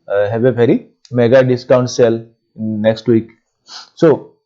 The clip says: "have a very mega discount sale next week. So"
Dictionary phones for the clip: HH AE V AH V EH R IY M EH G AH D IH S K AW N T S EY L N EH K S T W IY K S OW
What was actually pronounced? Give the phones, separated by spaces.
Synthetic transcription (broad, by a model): HH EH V AH P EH R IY M EH G AH D IH S K AW N T S EY L N EH K S T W IY K S OW